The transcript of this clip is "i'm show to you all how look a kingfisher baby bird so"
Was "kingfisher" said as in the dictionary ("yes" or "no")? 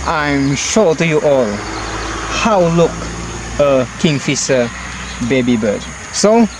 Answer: no